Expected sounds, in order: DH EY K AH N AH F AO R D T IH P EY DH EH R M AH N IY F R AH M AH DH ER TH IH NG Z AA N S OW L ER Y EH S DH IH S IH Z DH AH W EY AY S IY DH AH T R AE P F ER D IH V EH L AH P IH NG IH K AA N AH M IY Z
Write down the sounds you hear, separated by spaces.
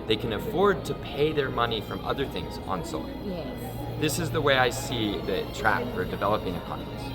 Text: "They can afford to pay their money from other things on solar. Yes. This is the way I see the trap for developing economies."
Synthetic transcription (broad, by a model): DH EY K AH N AH F AO R D T IH P EY DH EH R M AH N IY F R AH M AH DH ER TH IH NG Z N S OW IH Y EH DH IH S IH Z DH AH W EY AY S IY DH AH T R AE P F ER D IH V EH L AH P IH NG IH K AA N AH M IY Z